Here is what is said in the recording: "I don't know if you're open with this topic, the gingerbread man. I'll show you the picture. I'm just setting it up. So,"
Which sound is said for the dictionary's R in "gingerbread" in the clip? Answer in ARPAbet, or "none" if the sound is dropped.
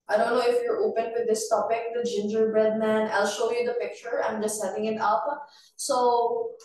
R